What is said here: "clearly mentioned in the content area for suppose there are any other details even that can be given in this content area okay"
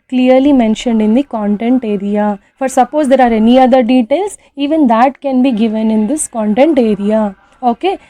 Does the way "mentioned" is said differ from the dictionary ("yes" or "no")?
no